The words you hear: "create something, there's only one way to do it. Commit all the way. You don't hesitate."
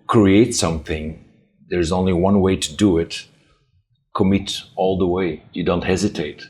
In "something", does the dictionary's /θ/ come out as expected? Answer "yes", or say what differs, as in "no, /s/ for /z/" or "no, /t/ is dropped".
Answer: yes